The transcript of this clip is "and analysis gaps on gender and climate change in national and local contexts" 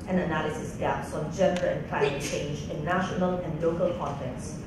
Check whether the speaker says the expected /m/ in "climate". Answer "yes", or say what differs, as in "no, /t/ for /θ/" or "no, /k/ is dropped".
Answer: no, /m/ is dropped